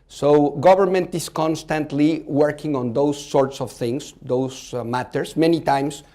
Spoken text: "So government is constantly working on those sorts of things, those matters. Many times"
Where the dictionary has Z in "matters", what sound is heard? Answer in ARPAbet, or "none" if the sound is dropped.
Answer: S